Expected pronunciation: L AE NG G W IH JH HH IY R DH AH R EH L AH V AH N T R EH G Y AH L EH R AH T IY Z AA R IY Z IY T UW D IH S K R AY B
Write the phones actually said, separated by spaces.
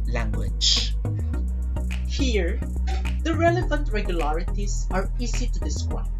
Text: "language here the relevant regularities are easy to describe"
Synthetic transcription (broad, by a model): L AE NG G W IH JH HH IY R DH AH R EH L AH V AH N T R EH G Y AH L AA R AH T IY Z AA R IY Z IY T UW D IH S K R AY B